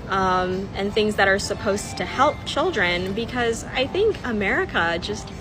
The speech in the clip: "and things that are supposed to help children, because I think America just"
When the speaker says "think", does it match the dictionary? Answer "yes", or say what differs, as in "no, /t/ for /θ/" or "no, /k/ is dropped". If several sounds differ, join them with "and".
yes